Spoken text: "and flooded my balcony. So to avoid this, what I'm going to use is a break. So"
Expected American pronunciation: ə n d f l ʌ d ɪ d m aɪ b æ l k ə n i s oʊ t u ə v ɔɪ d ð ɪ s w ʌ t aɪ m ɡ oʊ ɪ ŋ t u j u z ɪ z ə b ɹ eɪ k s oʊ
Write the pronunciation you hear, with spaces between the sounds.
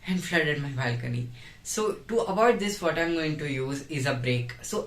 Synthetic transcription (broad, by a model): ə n d f l ʌ d ɪ d m aɪ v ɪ l k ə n i s oʊ t u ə b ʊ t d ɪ s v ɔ t aɪ m ɡ oʊ ɪ ŋ t u j u z ɪ z ə b ɹ eɪ k s oʊ